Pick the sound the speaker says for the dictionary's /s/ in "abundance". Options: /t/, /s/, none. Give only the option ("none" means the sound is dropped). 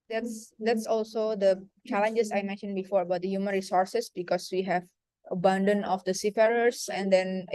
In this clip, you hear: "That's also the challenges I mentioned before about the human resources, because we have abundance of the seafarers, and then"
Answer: none